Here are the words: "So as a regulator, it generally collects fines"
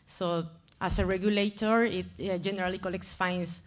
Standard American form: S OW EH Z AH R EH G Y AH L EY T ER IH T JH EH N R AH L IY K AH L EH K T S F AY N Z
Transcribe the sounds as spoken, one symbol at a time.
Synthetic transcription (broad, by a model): S OW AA S AH R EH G Y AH L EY T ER IH T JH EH N R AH L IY K AH L EH K T S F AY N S